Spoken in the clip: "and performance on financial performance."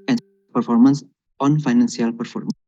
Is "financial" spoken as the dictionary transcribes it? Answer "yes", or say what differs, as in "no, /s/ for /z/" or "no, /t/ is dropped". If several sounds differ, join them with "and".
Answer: no, /s/ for /ʃ/